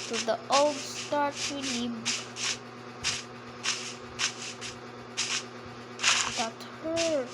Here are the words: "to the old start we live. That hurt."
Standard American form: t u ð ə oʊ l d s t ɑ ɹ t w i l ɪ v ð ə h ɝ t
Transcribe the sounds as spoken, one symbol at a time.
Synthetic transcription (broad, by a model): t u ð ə oʊ l d s t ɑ ɹ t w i n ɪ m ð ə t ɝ